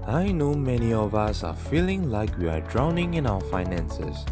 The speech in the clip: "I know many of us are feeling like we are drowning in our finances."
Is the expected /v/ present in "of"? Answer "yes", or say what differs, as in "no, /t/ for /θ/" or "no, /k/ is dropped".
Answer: yes